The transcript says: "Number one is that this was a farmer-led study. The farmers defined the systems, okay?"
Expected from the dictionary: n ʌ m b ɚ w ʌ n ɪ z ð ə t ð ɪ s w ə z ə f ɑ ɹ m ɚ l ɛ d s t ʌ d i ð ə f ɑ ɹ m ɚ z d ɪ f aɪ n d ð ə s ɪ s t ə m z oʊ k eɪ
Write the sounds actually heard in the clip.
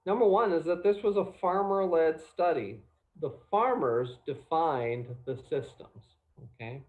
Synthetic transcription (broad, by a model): n ʌ m b ɚ w ʌ n ɪ z ð ə t ð ɪ s w ə z ə f ɑ ɹ m ɚ l ɛ d s t ʌ d i ð ə f ɑ ɹ m ɚ z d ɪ f aɪ n ð ə s ɪ s t ə m z oʊ k eɪ